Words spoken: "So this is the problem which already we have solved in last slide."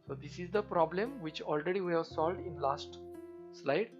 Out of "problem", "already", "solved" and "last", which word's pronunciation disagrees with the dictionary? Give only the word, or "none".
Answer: none